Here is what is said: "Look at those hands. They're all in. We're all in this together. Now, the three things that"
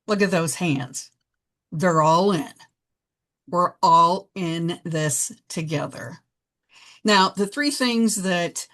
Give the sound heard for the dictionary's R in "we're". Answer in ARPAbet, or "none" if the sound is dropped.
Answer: R